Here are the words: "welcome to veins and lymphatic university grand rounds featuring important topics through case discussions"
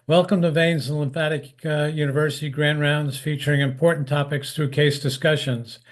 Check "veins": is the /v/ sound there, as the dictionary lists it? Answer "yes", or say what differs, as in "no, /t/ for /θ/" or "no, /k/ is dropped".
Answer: yes